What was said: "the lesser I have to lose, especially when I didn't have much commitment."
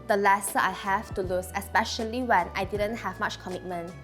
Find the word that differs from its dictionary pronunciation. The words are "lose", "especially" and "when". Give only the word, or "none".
lose